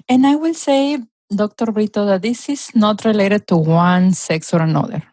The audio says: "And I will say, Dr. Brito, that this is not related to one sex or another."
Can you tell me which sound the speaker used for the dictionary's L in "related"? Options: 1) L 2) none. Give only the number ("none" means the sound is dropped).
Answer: 1